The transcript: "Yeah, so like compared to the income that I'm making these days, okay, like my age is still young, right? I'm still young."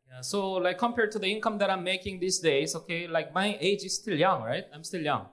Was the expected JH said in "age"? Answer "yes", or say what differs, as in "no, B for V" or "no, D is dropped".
yes